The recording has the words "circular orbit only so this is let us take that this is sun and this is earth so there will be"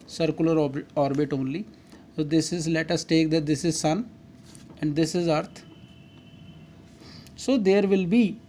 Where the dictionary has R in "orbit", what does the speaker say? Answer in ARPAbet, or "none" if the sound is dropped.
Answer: R